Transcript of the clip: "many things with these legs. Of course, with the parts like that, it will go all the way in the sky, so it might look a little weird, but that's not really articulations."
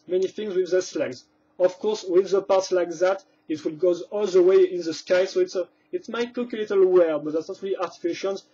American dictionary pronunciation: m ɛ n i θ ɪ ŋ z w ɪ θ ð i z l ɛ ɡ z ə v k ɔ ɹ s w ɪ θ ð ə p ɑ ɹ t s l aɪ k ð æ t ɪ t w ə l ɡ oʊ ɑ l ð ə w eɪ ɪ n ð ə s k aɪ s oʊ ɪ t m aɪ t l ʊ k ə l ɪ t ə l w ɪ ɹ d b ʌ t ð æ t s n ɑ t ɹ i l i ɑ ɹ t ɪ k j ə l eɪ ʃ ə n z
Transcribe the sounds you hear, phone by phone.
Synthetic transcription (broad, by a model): m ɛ n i θ ɪ ŋ z w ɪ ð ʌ s l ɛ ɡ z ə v k ɔ ɹ s w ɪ ð ə p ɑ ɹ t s l aɪ k ð æ t ɪ t w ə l ɡ oʊ ɑ l ð ə w eɪ ɪ n ð ə s k aɪ s oʊ ɪ t m aɪ t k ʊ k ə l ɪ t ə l w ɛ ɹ b ʌ t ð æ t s n ɑ t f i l i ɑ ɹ t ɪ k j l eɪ ʃ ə n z